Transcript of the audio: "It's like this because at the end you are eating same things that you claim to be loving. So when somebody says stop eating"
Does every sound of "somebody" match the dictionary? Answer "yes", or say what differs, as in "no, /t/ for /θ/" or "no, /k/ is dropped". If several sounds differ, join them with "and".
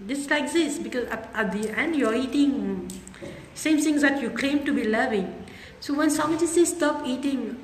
no, /b/ is dropped